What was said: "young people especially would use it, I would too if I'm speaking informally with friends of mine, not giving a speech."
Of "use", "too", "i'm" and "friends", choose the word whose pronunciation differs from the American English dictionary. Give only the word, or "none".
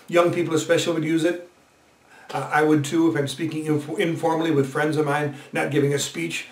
none